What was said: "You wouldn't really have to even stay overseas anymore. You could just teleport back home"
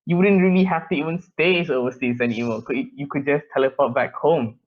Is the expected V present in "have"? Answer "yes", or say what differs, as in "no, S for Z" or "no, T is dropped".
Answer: no, F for V